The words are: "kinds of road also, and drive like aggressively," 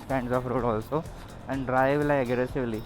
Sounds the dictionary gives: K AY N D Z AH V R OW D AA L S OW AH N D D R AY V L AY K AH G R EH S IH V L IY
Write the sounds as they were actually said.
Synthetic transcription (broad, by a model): K AY N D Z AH F R OW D AA L S OW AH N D D R AY V L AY AH G R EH S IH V L IY